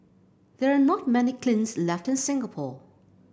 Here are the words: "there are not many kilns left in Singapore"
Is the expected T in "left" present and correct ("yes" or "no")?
yes